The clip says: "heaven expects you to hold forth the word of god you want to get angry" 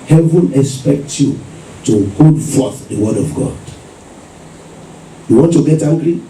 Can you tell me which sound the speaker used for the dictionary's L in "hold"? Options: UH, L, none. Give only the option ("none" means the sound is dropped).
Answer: none